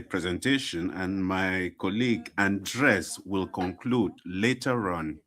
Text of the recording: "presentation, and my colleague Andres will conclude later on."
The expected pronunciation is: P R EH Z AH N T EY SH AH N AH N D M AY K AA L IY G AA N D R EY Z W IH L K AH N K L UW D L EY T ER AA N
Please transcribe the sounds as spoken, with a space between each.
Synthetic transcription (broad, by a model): P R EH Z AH N T EY SH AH N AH N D M AY K AA L IY G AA N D R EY S W IH L K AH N K L UW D L EY T ER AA N